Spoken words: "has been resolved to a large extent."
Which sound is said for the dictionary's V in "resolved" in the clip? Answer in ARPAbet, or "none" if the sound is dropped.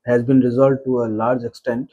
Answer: none